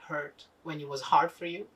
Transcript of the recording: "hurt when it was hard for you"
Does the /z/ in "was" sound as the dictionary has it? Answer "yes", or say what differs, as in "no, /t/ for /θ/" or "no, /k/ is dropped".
yes